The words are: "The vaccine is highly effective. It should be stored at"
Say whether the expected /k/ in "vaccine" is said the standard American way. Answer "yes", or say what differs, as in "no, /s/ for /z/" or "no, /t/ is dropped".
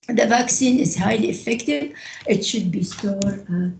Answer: yes